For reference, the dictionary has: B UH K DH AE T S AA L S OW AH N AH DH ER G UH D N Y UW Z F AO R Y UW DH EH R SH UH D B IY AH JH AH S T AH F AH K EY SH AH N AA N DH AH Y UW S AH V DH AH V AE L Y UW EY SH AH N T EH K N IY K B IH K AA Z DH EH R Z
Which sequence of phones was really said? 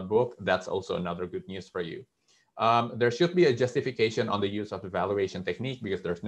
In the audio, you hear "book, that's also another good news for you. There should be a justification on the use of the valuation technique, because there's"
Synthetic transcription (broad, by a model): B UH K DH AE T S AA L S OW AH N AH DH ER G UH D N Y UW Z F AO R Y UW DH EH R SH UH D B IY AH JH AH S T AH F AH K EY SH AH N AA N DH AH Y UW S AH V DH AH V AE L Y UW EY SH AH N T EH K N IY K B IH K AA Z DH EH R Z